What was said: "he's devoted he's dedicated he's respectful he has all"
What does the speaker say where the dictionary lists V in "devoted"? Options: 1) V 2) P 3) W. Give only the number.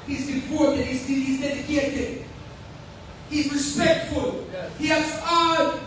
2